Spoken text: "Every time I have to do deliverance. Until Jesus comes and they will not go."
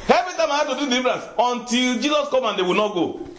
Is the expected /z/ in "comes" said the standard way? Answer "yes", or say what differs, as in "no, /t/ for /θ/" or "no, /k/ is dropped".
no, /z/ is dropped